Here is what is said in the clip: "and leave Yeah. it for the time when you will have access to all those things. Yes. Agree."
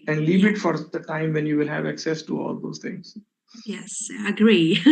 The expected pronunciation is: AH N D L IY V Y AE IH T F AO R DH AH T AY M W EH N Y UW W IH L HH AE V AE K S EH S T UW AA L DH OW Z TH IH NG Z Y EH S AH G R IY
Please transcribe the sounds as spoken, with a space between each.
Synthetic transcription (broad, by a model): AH N D L IY V IH T F AO R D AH T AY M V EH N Y UW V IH L HH AE V AE K S EH S T UW AA L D OW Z T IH NG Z Y EH S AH G R IY